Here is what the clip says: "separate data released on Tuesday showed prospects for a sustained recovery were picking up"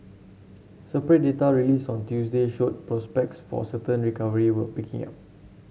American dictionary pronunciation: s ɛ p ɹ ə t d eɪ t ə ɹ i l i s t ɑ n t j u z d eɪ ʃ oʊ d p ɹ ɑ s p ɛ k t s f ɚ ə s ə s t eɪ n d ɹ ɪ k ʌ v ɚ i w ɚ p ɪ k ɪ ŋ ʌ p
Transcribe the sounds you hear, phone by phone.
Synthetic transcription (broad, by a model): s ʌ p ɹ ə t d eɪ t ə ɹ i l i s ɑ n t j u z d eɪ ʃ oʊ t p ɹ ɑ s p ɛ k t s f ə s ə t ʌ n ɹ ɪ k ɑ v ɚ i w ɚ p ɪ k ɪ ŋ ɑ p